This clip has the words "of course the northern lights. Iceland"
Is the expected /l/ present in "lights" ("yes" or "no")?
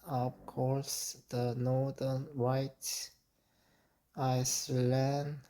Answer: no